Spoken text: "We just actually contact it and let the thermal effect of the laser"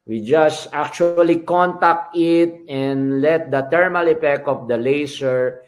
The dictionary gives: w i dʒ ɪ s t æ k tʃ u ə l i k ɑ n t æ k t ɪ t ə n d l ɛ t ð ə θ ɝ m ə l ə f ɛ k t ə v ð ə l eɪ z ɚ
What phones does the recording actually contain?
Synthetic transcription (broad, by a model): w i dʒ ɪ s t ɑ k tʃ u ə l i k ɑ n t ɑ k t ɪ t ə n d l ɛ t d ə t ɝ m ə l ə p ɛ k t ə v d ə l eɪ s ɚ